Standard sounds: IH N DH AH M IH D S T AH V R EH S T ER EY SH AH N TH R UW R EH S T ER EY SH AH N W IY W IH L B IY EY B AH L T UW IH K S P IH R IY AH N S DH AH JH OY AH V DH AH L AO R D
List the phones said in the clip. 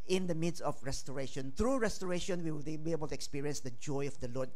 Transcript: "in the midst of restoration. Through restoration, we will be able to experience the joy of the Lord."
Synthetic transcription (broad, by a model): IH N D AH M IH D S AH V R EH S T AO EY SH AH N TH R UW R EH S T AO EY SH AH N W IY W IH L B IY EY B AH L T UW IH K S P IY R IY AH N S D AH JH OY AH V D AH L AO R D